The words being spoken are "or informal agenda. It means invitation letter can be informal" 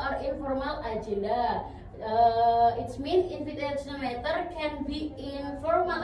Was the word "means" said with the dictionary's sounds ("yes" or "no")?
no